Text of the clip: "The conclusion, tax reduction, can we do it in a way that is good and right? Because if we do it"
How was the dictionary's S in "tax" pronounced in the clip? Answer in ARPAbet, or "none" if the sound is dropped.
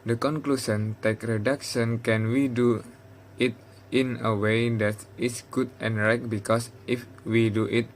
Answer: none